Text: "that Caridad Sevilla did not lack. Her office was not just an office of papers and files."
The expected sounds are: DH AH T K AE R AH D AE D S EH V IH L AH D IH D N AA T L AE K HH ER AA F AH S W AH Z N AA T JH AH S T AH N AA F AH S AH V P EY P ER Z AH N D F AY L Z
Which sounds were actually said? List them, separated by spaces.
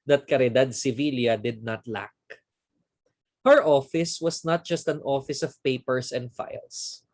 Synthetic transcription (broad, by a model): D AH T K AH R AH D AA D S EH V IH L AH D IH D N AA T L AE K HH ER AA F AH S W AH S N AA T JH AH S T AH N AA F AH S AH V P EY P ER S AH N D F AY L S